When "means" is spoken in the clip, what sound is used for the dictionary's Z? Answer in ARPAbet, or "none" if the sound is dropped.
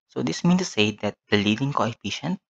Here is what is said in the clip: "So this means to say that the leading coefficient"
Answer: none